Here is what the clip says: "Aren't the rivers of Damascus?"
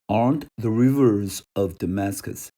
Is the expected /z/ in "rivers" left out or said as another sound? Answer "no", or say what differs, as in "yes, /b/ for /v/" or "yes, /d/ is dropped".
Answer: no